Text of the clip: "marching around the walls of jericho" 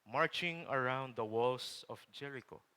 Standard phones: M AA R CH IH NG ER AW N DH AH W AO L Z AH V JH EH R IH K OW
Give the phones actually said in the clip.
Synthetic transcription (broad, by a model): M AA R CH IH NG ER AW N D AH W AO L S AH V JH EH R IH K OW